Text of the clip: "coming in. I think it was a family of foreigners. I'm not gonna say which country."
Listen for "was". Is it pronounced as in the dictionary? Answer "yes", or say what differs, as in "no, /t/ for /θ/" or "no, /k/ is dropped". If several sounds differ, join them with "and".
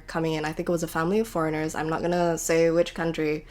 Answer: yes